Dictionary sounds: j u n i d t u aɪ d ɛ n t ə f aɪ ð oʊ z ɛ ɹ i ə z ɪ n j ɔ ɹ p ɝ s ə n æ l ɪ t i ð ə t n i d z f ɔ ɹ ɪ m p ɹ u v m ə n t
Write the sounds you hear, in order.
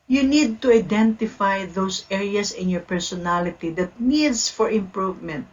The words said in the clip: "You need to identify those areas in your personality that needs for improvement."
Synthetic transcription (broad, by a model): j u n i d t u aɪ d ɛ n t ə f aɪ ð oʊ s ɛ ɹ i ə s ɪ n j ɔ ɹ p ɝ s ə n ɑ l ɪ t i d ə t n i d s f ɔ ɹ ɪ m p ɹ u v m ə n t